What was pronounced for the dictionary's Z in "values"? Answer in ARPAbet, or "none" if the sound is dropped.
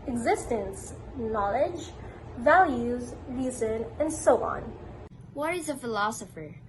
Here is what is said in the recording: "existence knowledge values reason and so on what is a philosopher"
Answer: Z